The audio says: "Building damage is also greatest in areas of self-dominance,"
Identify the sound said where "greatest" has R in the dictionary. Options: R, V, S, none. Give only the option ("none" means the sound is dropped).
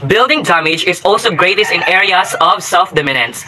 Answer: R